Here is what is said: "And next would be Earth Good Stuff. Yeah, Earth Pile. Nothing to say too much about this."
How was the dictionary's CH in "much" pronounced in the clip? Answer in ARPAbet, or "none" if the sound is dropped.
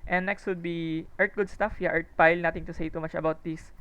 CH